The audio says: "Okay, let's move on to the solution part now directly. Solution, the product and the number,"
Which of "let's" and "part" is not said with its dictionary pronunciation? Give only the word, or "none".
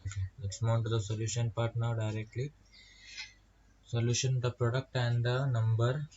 let's